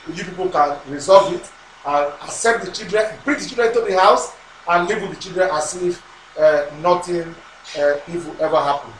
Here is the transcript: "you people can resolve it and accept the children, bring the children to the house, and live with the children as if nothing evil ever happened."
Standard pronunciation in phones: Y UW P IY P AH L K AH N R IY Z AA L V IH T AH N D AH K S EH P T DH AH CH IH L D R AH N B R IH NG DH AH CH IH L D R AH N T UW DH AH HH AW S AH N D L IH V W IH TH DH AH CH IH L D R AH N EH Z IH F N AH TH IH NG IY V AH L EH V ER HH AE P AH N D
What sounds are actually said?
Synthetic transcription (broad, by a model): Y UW P IY P AH L K AH N R IY Z AA L V IH T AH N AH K S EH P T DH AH CH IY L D R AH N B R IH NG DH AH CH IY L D R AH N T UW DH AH HH AW S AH N L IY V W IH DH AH CH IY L D R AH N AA S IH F N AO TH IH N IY W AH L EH V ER HH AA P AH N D